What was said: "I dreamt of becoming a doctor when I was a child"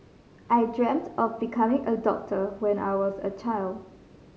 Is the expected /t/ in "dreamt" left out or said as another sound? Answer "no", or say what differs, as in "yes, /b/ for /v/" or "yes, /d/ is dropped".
no